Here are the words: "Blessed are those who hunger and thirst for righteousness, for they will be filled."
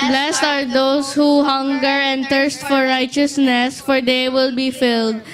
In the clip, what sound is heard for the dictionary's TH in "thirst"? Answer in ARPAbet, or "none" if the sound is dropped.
T